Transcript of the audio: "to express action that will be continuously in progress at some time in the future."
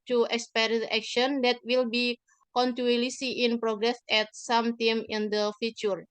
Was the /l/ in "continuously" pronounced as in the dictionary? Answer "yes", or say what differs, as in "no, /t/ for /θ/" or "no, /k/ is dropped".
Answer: no, /l/ is dropped